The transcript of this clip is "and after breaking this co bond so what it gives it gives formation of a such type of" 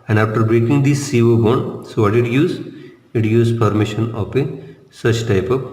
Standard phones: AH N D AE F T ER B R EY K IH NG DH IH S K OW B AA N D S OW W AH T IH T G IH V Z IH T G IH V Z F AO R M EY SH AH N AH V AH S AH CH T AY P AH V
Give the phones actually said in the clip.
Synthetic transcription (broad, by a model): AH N D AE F T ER B R EY K IH NG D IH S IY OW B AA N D S OW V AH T IH T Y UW Z IH T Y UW Z P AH R M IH SH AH N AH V AH S AH CH T AY P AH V